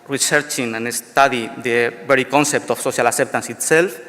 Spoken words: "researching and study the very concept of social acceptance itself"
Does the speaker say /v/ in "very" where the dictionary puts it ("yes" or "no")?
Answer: no